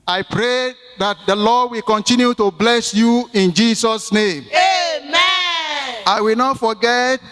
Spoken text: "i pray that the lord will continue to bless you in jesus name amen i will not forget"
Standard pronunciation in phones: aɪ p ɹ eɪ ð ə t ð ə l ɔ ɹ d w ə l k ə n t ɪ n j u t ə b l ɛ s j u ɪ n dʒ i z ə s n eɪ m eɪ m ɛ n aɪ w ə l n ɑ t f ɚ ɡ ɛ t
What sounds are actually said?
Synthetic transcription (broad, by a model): aɪ p ɹ eɪ ð ə t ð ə l ɔ d w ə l k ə n t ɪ n j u t ə b l ɛ s j u ɪ n dʒ i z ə s n eɪ m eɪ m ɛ aɪ w ə l n ɑ t f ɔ ɡ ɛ t